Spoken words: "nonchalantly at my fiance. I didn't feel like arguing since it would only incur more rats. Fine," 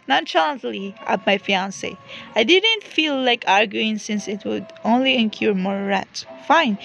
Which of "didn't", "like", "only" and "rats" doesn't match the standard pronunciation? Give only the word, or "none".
rats